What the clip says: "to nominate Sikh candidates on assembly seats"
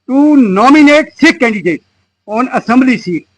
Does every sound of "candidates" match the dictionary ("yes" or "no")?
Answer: no